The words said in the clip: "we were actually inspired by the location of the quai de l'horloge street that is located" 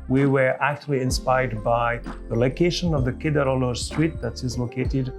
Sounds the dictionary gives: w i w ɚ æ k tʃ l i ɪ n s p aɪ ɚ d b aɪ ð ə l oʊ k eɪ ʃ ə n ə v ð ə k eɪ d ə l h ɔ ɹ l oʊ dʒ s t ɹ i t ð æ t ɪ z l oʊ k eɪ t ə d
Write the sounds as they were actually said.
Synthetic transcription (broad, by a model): w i w ɚ æ k tʃ l i ɪ n s p aɪ ɚ d b aɪ ð ə l oʊ k eɪ ʃ ə n ə v ð ə k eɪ d ə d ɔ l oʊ s t ɹ i t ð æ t ɪ z l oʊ k eɪ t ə d